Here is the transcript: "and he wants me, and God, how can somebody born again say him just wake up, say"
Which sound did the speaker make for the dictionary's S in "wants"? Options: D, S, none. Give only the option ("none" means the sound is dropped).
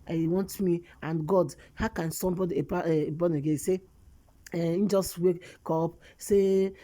none